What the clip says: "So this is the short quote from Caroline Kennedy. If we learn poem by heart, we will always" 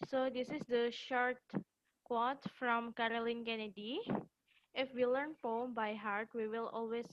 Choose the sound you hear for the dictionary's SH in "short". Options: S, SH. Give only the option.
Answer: SH